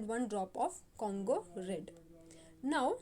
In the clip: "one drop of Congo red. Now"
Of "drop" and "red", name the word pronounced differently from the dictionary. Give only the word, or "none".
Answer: none